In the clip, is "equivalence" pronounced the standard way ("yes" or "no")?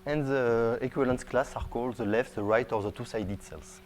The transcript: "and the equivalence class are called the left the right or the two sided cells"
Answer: no